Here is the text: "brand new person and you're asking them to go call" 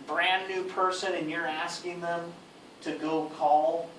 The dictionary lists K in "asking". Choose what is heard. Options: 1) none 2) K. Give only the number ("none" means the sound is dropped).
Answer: 2